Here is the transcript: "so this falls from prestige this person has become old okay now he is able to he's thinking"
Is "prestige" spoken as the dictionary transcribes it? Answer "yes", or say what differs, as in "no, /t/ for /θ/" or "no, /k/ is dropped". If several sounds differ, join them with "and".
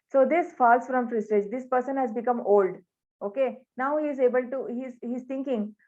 no, /f/ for /p/